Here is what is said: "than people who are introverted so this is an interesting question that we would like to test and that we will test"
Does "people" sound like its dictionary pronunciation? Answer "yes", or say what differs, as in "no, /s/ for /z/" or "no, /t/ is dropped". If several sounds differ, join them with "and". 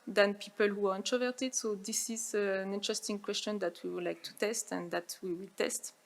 yes